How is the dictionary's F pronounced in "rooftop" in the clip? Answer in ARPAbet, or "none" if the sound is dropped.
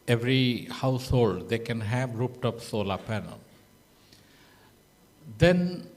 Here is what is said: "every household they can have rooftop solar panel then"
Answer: P